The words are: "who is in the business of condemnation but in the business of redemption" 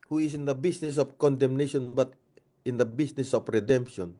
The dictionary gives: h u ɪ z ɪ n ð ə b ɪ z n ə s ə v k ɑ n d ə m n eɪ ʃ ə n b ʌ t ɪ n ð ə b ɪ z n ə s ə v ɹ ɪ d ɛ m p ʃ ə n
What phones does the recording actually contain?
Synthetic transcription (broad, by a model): h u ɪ s ɪ n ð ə b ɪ s n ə s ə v k ɑ n d ə m n eɪ ʃ ə n b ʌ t ɪ n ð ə b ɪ s n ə s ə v ɹ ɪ d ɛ m p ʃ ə n